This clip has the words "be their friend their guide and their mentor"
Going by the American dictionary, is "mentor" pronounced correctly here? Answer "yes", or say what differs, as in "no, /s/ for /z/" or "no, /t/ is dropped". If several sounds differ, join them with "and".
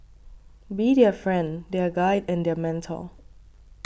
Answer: no, /l/ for /ɹ/